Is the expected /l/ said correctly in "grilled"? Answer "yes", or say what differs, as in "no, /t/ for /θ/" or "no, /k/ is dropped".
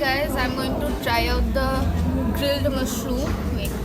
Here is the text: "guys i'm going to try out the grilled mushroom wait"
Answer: yes